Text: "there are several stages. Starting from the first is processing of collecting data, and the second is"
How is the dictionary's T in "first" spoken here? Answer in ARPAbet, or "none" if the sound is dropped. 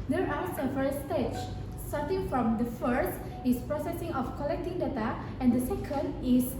T